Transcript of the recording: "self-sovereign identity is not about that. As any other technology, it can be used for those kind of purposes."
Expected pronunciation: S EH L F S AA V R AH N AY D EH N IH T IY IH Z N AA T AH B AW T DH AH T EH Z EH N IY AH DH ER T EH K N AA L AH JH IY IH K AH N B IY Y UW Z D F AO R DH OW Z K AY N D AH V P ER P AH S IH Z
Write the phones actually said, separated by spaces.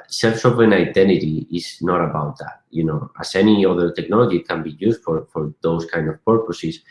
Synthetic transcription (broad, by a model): S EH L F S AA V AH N AY D EH N IH T IY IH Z N AA T AH B AW T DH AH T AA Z EH N IY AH DH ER T EH K N AA L AH JH IY K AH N B IY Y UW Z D F AO R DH OW S K AY N D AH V P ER P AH S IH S